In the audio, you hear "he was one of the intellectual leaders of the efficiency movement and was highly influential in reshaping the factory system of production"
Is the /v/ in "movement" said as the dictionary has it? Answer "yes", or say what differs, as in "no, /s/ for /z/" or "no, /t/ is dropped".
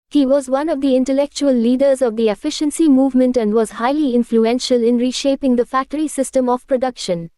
yes